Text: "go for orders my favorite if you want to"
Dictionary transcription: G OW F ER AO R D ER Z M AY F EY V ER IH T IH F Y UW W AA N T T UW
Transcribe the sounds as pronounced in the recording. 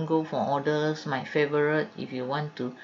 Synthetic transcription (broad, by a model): G OW F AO AO D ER S M AY F EY V ER IH T IH F Y UW W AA N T T UW